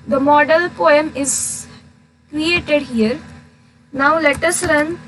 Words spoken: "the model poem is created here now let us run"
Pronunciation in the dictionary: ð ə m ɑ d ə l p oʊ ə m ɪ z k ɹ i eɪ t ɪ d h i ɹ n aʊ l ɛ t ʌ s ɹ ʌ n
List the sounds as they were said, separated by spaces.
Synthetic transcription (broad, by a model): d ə m ɑ d ə l p oʊ ə m ɪ z k ɹ i eɪ t ɪ d h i ɹ n aʊ l ɛ t ʌ s ɹ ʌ n